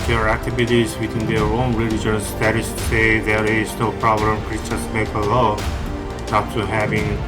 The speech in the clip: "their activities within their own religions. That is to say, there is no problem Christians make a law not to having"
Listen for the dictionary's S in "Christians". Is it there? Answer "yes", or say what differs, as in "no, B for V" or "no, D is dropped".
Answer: no, S is dropped